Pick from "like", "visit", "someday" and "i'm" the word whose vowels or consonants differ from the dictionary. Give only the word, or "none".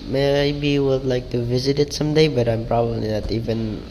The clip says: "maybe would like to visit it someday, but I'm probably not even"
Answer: none